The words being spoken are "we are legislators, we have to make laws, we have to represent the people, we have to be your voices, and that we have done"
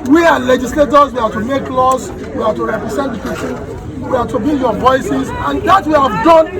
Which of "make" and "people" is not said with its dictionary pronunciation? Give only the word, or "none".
people